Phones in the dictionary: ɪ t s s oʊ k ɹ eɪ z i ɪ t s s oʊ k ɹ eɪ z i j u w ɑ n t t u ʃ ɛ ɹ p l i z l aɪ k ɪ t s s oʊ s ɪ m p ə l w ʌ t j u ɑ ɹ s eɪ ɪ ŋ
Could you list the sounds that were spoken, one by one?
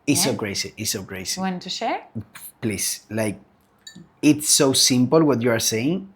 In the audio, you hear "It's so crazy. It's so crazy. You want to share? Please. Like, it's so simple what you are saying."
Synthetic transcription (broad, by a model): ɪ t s s oʊ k ɹ eɪ s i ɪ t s s oʊ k ɹ eɪ s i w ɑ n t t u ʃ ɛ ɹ p l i s l aɪ k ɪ t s s oʊ s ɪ m p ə l w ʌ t j u ɑ ɹ s eɪ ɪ ŋ